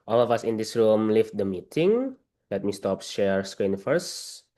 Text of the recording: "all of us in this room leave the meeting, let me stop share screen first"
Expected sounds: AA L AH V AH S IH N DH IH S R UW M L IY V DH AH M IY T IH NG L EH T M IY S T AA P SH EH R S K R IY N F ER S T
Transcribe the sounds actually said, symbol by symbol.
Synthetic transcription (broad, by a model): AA L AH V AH S IH N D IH S R UW M L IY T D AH M IY T IH NG L EH T M IY S T AA P SH EH R S K R IY N F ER S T